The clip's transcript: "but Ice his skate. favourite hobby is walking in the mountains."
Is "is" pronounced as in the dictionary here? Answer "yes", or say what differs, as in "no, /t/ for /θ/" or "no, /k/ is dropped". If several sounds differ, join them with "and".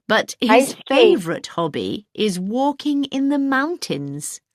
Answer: yes